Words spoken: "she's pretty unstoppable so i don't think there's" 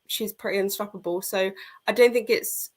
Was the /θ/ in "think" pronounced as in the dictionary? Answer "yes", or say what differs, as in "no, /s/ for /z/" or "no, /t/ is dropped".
yes